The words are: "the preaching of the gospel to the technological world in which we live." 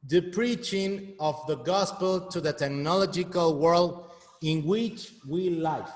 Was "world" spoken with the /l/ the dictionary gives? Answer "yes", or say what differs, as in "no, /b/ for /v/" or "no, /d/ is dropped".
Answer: yes